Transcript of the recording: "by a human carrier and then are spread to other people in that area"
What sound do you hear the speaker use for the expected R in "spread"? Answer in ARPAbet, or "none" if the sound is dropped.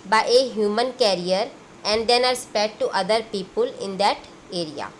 none